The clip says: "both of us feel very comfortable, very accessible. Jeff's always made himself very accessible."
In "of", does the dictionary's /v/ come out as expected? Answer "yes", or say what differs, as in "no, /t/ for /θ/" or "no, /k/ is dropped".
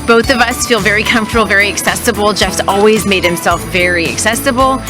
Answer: yes